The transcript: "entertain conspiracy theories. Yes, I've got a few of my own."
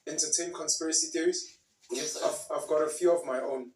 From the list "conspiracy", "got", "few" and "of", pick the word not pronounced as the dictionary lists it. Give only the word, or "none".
none